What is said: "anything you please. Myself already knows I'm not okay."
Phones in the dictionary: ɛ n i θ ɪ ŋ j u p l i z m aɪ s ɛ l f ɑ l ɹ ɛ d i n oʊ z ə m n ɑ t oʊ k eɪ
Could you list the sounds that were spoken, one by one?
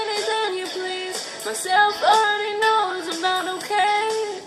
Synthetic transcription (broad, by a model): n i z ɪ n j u p l i z m aɪ s ɛ l f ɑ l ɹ ɛ d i n oʊ ə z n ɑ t oʊ k eɪ